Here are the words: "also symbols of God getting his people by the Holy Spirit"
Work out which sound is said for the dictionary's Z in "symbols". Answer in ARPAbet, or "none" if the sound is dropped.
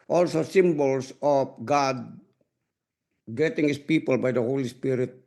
S